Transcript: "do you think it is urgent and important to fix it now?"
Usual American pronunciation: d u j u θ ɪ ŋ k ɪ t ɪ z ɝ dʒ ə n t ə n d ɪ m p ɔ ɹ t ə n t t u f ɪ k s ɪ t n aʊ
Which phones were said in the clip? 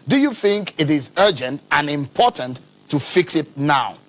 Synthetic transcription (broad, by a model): d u j u θ ɪ ŋ k ɪ t ɪ z ɝ dʒ ə n t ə n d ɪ m p ɔ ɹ t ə n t t u f ɪ k s ɪ t n aʊ